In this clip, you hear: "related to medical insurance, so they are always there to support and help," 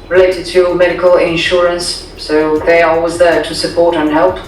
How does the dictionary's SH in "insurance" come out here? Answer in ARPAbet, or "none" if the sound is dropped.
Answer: SH